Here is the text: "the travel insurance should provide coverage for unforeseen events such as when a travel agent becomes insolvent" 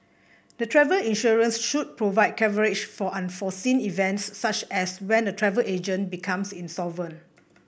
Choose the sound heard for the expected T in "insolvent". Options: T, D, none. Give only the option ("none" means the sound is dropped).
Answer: none